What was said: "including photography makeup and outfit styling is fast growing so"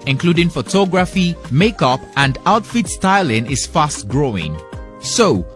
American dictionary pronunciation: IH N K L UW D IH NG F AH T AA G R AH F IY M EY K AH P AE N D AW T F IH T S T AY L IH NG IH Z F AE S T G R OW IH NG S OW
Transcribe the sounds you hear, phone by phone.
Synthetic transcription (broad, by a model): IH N K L UW D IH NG F AH T AA G R AH F IY M EY K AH P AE N D AW T F IH T S T AY L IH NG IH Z F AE S T G R OW IH NG S OW